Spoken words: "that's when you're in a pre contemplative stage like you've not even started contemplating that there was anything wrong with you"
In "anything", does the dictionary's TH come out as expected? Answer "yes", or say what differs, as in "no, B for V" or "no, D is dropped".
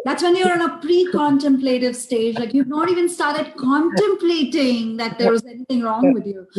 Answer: no, T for TH